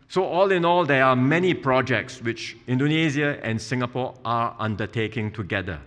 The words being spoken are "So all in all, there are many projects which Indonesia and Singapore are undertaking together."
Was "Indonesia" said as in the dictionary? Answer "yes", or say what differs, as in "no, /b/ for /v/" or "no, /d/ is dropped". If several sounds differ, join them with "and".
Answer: no, /z/ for /ʒ/